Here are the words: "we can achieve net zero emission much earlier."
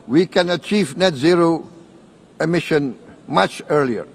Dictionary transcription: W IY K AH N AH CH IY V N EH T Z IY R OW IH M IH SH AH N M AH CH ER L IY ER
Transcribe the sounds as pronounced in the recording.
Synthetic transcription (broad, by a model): W IY K AH N AH CH IY V N EH T Z IY R OW IH M IH SH AH N M AH CH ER L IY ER